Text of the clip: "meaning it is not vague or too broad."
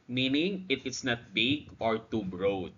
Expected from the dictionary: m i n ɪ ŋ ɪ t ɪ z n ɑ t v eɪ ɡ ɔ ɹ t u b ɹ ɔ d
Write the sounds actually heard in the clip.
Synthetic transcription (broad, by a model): m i n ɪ ŋ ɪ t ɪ s n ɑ t b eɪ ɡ ɔ ɹ t u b ɹ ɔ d